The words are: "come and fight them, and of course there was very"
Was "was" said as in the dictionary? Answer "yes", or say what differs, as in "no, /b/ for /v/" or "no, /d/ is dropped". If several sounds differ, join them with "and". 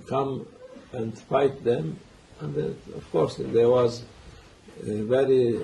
yes